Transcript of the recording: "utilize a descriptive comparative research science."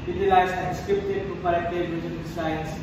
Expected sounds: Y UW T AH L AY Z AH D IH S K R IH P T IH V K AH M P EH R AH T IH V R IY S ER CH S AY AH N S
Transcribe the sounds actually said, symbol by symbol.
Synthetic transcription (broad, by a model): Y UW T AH L AY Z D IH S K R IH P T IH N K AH P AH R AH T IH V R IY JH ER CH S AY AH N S